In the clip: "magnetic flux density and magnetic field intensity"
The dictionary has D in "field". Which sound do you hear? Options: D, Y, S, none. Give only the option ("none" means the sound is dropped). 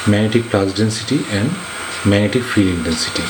none